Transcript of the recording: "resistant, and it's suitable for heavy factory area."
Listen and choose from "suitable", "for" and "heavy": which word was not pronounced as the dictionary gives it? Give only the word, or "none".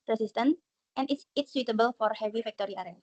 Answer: none